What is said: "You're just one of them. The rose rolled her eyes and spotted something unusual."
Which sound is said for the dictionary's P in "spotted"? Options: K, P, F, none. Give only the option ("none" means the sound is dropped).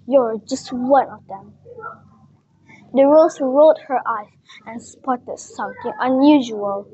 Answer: P